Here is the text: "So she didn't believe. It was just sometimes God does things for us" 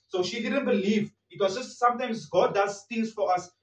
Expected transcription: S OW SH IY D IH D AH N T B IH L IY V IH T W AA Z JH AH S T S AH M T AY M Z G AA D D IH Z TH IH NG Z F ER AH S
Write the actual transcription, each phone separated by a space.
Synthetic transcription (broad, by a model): S OW SH IY D IH D AH N T B IH L IY V IH T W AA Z JH AH S T S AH M T AY M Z G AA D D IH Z T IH Z F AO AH S